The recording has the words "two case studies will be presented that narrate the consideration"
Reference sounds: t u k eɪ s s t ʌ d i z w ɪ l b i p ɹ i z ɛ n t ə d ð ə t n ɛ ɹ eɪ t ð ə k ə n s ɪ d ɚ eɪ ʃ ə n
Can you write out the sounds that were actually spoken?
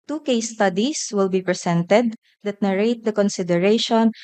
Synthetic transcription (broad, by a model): t u k eɪ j s t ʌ d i s w ɪ l b i p ɹ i s ɛ n t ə d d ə t n ɛ ɹ eɪ t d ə k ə n s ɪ d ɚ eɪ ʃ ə n